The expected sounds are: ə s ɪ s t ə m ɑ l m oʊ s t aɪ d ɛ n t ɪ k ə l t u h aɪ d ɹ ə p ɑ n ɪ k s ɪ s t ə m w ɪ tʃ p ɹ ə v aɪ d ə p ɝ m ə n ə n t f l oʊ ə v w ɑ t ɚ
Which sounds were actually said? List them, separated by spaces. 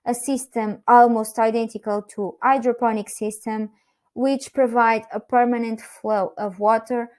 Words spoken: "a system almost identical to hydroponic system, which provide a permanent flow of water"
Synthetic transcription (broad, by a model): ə s ɪ s t ə m ɑ l m oʊ s t aɪ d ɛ n t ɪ k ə l t u aɪ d ɹ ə p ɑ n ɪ k s ɪ s t ə m w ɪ tʃ p ɹ ə v aɪ d ə p ɝ m ə n ə n t f l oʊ ə v w ɑ t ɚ